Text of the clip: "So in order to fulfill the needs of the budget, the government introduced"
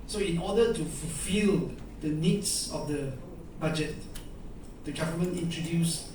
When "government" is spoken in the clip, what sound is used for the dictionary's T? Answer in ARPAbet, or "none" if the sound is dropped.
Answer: none